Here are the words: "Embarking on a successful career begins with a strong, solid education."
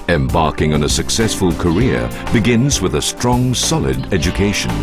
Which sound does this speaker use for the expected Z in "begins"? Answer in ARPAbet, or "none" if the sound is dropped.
Z